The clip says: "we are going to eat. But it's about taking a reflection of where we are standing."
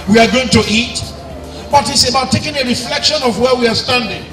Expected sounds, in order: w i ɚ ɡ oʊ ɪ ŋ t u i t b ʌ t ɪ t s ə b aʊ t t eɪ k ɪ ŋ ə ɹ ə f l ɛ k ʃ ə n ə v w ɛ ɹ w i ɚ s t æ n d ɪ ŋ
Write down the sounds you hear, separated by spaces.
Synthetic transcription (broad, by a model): w i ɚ ɡ oʊ ɪ ŋ t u i t b ʌ t ɪ t s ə b aʊ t t eɪ k ɪ ŋ ə ɹ ə f l ɛ k ʃ ə n ə v w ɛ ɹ w i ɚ s t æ n d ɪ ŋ